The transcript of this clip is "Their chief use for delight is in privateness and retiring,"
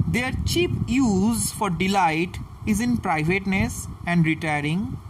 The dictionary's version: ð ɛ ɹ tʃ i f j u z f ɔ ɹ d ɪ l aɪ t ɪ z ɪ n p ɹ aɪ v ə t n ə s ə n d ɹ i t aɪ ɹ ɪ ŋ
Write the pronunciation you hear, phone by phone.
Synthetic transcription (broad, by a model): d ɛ ɹ tʃ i p j u z f ɔ ɹ d ɪ l aɪ t ɪ z ɪ n p ɹ aɪ v ə t n ə s ə n d ɹ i t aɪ ɹ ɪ ŋ